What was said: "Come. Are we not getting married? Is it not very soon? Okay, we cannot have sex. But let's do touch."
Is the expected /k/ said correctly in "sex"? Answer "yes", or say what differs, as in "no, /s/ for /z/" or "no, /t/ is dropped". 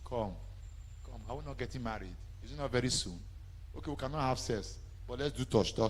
no, /k/ is dropped